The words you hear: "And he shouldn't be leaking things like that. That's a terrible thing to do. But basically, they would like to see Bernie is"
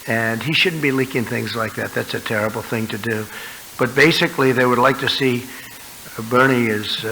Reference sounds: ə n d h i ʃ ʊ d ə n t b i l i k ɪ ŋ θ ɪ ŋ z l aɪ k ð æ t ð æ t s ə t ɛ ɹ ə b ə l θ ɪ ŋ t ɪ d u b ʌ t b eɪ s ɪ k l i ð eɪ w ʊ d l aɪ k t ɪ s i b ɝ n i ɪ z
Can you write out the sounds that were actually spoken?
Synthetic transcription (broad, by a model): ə n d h i ʃ ʊ d n b i l i k ɪ ŋ θ ɪ ŋ z l aɪ k ð æ t ð æ t s ə t ɛ ɹ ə b l θ ɪ ŋ t ɪ d u b ʌ t b eɪ s ɪ k l i ð eɪ w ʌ d l aɪ k t ɪ s i b ɝ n i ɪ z